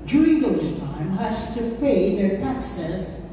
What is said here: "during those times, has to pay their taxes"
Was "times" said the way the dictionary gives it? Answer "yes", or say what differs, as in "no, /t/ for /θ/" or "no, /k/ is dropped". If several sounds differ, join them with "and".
no, /z/ is dropped